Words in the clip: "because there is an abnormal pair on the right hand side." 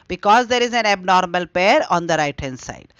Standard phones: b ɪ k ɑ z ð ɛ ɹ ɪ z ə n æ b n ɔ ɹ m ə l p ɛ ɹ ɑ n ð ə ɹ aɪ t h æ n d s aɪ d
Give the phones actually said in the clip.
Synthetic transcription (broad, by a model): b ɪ k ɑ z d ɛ ɹ ɪ z ə n æ b n ɔ ɹ m ə l p ɛ ɹ ɑ n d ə ɹ aɪ t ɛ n s aɪ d